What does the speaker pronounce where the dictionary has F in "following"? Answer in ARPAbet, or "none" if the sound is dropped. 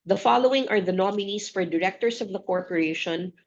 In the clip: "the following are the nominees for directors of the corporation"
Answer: F